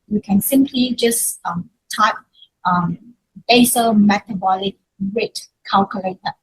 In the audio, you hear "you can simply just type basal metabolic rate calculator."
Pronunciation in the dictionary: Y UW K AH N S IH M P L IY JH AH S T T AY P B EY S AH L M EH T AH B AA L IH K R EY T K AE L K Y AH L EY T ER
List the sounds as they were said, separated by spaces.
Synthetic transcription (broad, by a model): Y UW K AH N S IH M P L IY JH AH S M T AY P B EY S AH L M EH T AH B AA L IH K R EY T K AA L K Y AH L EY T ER